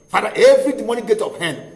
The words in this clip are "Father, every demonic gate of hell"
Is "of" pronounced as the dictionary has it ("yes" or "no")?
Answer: no